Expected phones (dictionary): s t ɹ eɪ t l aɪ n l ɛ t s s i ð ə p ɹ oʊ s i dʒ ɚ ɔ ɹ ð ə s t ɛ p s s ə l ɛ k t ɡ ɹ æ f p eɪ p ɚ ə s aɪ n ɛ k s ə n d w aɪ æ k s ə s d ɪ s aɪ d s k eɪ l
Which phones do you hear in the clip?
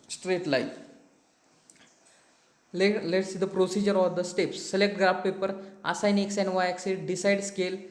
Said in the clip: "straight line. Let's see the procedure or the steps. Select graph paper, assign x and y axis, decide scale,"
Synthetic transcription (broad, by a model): s t ɹ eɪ t l aɪ l l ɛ t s s i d ə p ɹ oʊ s i dʒ ɚ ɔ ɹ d ə s t ɛ p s s ə l ɛ k t ɡ ɹ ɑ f p eɪ p ɚ ə s aɪ n ɛ k s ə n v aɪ k s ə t d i s aɪ d s k eɪ l